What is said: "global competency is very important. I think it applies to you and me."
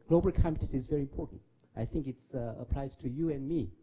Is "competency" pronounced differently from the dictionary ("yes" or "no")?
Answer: yes